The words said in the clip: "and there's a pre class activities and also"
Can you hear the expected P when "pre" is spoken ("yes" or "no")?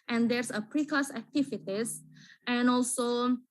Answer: yes